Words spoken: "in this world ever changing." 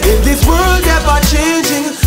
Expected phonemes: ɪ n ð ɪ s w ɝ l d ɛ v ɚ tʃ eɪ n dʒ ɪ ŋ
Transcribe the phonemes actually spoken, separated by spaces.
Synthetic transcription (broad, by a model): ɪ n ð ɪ w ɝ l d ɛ b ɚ tʃ eɪ n dʒ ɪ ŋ